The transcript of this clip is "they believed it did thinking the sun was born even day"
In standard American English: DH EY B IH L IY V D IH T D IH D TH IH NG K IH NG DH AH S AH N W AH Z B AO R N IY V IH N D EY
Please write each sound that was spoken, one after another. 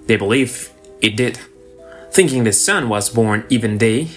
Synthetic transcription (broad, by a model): DH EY B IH L IY V IH T D IH D TH IH NG K IH NG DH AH S AH N W AH Z B AO R N IY V IH N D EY